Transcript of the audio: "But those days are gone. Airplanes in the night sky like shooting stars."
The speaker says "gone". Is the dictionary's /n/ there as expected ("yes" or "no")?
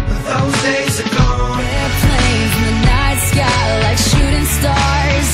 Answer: no